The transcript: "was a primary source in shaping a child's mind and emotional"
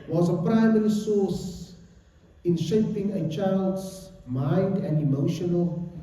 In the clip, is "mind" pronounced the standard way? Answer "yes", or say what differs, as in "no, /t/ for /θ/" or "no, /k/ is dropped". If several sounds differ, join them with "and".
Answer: yes